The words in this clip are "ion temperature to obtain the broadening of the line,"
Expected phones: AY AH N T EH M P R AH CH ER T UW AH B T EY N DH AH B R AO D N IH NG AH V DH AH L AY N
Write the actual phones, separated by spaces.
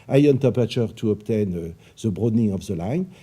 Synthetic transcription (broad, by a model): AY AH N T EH P AH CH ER T UW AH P T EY N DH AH B R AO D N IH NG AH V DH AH L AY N